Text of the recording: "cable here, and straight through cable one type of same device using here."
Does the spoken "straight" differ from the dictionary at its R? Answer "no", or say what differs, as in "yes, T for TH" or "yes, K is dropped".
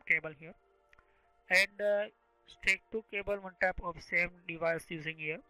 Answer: yes, R is dropped